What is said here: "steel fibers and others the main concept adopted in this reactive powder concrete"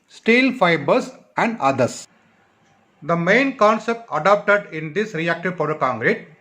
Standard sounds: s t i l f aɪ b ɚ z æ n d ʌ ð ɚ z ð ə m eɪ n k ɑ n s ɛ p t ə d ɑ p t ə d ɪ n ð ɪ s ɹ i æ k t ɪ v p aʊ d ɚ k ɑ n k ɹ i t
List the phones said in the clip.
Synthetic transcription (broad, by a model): s t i l f aɪ b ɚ s æ n d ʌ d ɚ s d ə m eɪ n k ɑ n s ɛ p t ə d ɑ p t ə d ɪ n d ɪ s ɹ i æ k t ɪ v p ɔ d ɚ k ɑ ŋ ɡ ɹ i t